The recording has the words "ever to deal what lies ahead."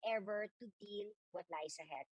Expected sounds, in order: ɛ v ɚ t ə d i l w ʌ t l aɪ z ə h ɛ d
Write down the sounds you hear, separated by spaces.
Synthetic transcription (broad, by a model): ɛ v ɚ t ə d i l w ʌ t l aɪ s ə h ɛ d